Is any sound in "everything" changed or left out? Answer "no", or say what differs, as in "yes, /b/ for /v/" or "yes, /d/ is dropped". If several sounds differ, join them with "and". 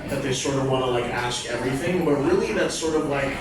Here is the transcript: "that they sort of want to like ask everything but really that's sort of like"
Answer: no